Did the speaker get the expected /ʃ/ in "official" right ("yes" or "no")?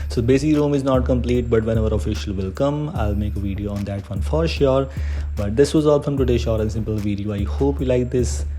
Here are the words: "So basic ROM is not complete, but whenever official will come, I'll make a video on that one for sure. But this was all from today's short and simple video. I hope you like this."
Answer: yes